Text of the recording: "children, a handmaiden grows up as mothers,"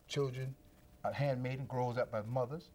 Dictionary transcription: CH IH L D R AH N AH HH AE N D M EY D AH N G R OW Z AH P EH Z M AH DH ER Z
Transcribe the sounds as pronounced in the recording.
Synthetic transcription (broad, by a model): CH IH L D R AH N AH HH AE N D M EY D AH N G R OW Z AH B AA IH M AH DH ER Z